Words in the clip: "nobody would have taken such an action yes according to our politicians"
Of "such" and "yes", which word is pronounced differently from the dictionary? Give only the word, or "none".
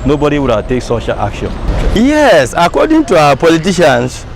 such